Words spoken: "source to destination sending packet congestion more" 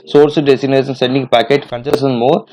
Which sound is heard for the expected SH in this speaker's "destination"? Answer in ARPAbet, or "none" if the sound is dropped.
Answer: S